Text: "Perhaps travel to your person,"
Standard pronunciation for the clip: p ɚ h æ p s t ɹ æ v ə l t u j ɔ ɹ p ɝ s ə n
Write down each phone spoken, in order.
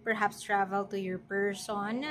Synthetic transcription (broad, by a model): p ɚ h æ p s t ɹ æ v ə l t u j ɔ ɹ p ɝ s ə n